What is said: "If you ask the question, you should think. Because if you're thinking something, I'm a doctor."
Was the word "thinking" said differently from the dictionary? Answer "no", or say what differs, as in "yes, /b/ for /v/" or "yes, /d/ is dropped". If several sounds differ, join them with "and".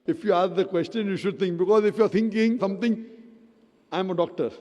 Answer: yes, /t/ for /θ/